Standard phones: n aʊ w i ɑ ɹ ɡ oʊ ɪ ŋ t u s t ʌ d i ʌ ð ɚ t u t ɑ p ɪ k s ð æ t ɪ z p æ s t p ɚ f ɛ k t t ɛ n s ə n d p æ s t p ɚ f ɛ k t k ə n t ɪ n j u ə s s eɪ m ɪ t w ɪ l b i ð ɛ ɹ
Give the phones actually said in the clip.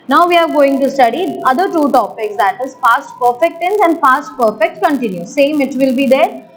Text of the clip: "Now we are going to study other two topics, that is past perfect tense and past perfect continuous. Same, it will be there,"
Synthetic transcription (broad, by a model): n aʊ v i ɑ ɹ ɡ oʊ ɪ ŋ t u s t ʌ d i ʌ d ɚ t u t ɑ p ɪ k s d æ t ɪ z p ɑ s t p ɚ f ɛ k t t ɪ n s ə n d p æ s t p ɚ f ɛ k t k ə n t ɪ n j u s s eɪ m ɪ t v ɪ l b i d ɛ ɹ